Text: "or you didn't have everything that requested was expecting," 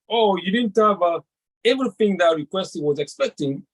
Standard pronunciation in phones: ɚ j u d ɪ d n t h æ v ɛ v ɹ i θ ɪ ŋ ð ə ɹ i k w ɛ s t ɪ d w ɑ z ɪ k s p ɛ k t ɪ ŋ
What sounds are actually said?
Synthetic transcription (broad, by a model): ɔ j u d ɪ d n t h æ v ɛ v ɹ i θ ɪ ŋ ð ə ɹ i k w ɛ s t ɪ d w ɑ z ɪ k s p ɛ k t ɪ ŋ